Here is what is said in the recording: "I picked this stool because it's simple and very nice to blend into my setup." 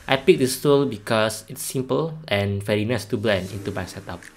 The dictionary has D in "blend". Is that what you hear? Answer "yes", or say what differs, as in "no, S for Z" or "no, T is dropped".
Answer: no, D is dropped